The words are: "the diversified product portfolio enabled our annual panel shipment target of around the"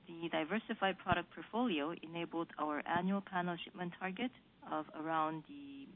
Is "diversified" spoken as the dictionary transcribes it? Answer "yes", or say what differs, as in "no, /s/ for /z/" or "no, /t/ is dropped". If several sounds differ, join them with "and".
yes